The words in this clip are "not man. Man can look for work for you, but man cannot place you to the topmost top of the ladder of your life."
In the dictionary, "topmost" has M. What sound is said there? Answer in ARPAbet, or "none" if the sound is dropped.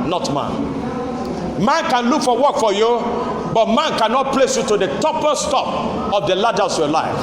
none